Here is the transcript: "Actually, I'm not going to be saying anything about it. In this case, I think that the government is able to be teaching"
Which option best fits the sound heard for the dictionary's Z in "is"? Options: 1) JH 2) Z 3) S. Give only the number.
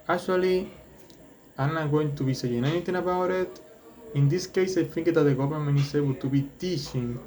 3